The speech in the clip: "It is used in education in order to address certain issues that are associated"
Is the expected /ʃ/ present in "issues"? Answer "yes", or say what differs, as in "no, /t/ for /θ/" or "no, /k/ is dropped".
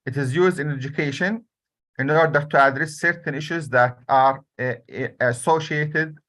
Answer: yes